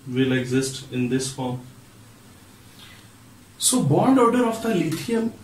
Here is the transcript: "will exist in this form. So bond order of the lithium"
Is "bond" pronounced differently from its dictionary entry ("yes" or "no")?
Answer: no